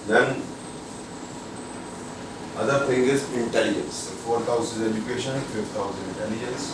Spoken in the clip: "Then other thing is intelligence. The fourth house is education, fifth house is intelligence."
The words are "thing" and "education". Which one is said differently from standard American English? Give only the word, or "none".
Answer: thing